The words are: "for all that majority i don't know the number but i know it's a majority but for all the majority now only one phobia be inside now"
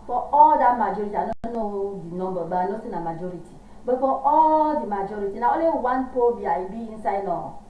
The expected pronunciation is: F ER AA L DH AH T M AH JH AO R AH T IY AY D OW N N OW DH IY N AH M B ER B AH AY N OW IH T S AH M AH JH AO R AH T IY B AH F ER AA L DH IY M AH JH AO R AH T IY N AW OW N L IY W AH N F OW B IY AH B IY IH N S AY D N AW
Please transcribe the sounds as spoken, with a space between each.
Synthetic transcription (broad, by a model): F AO AA L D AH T M AH JH AO R AH T IY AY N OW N N OW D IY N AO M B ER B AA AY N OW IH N AH M AH JH AO R AH T IY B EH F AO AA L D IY M AH JH AO R AH T IY N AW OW L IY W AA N P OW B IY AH B IY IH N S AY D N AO